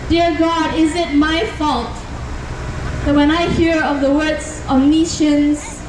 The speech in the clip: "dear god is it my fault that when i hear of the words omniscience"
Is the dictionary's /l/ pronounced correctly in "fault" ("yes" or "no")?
yes